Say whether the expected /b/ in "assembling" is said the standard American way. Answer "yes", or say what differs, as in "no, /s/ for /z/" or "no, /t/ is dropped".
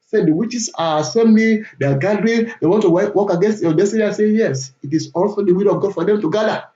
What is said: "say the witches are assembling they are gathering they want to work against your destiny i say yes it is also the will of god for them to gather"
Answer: no, /b/ is dropped